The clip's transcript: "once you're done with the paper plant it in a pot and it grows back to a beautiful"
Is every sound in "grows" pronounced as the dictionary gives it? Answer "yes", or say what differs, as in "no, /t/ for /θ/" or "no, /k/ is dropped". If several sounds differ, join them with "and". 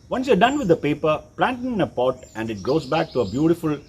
no, /ɹ/ is dropped